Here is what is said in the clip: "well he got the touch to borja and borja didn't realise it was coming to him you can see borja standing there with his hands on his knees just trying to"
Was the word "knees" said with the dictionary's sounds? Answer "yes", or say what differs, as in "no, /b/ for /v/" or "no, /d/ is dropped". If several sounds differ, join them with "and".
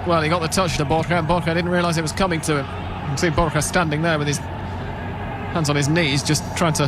yes